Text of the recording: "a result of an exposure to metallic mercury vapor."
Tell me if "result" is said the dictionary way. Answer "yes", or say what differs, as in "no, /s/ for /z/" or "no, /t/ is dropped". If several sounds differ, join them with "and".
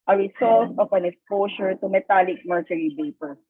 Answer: no, /s/ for /z/